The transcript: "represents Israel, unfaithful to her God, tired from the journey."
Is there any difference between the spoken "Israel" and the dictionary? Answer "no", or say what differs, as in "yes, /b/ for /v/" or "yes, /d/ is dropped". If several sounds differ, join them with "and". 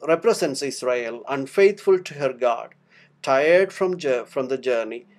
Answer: yes, /s/ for /z/